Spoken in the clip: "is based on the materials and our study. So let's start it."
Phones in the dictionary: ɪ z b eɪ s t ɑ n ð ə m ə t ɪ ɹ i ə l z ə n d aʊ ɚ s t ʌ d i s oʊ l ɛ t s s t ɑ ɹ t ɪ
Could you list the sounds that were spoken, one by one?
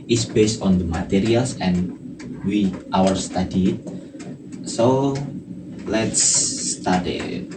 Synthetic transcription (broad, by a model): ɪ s b eɪ s t ɑ n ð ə m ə t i ɹ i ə l s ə n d aʊ ɚ s t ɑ d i s oʊ l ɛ t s s t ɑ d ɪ